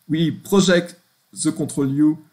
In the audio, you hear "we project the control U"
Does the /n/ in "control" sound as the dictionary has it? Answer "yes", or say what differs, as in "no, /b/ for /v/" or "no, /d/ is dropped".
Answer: no, /n/ is dropped